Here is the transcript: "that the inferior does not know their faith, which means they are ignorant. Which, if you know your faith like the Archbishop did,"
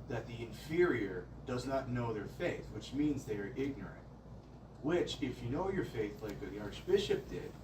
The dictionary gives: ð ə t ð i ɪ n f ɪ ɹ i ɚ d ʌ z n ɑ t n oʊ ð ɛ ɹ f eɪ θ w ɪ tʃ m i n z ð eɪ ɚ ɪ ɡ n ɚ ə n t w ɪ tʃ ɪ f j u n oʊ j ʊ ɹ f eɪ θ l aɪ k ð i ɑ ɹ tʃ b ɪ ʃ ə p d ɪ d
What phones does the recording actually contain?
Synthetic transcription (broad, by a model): ð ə t ð i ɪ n f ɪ ɹ i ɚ d ʌ z n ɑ t n oʊ ð ɛ ɹ f eɪ θ w ɪ tʃ m i n z ð eɪ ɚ ɪ ɡ n ɚ ə n t w ɪ tʃ ɪ f j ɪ n oʊ j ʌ ɹ f eɪ θ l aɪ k ð i ɑ ɹ tʃ b ɪ ʃ ə p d ɪ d